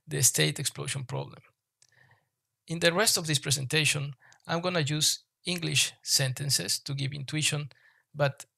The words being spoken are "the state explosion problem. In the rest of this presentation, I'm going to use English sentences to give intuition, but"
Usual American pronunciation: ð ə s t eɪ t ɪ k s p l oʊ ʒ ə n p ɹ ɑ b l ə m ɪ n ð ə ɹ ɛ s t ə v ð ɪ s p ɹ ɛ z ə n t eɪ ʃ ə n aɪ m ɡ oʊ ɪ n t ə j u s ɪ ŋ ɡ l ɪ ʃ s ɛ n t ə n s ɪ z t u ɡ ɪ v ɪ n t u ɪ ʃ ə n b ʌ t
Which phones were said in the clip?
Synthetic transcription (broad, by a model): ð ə s t eɪ t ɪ k s p l oʊ ʃ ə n p ɹ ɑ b l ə m ɪ n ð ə ɹ ɛ s t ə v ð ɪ s p ɹ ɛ s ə n t eɪ ʃ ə n aɪ m ɡ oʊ n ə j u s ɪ ŋ ɡ l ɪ ʃ s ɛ n t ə n s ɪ s t u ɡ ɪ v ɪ n t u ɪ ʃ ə n b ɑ t